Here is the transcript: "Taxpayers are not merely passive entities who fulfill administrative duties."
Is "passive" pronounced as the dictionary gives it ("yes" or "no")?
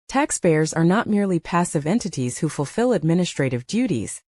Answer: yes